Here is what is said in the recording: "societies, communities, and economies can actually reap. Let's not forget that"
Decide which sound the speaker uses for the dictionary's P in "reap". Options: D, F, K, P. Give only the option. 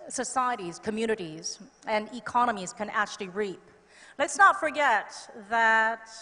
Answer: P